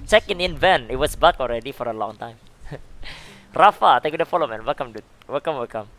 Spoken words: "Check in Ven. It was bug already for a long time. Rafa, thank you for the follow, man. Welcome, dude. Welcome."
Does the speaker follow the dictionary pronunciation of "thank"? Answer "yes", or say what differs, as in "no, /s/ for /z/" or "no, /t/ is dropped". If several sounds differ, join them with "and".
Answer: no, /t/ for /θ/ and /ŋ/ is dropped